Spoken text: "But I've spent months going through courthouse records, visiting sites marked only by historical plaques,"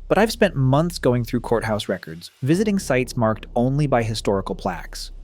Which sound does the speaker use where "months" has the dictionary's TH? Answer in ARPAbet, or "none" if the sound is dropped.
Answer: TH